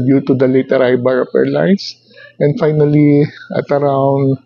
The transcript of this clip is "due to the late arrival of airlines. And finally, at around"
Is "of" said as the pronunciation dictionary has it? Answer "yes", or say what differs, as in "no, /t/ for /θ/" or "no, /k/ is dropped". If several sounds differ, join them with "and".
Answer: no, /p/ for /v/